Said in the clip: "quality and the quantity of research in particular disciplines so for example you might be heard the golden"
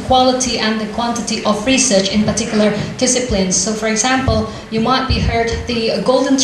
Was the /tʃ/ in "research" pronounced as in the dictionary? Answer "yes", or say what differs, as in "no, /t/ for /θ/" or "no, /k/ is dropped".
yes